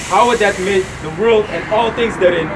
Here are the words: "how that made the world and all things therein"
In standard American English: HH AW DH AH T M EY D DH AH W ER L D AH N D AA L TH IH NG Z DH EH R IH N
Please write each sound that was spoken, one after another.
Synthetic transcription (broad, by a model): HH AW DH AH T M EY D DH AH W ER L D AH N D AA L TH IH NG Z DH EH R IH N